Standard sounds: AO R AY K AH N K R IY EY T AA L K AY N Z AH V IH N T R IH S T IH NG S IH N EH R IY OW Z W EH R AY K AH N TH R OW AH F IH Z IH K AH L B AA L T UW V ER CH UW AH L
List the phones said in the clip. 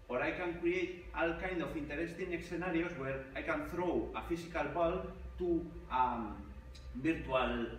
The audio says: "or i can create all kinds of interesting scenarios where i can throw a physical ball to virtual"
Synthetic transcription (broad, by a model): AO R AY K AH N K R IY EY T AA L K AY N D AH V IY N T R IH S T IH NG S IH N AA R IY OW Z W EH R AY K AH N TH R OW AH F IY S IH K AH L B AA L T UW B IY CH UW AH L